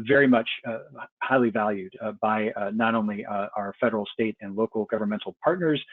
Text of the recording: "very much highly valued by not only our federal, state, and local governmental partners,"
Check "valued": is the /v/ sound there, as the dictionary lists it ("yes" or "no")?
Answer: yes